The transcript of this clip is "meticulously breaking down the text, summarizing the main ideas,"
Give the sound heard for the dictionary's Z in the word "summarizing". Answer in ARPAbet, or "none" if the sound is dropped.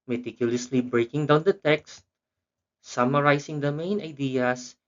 S